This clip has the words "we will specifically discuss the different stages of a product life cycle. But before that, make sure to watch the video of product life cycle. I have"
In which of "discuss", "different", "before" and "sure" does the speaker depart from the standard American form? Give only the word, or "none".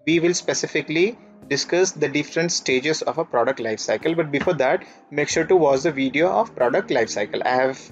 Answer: none